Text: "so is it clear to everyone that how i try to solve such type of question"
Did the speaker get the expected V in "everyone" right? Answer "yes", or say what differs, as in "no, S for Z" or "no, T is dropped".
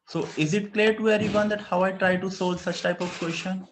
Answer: no, V is dropped